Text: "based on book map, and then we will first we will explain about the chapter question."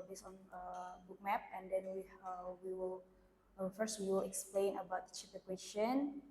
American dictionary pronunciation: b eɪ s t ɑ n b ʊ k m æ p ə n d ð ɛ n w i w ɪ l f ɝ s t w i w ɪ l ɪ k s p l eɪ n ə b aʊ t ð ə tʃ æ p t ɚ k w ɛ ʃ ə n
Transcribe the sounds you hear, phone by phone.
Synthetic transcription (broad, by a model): b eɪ s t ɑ n b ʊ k m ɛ p ə n d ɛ n w i w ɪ l f ɝ s t w i w ɪ l ɪ k s p l eɪ n ə b aʊ t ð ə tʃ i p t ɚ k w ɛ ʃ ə n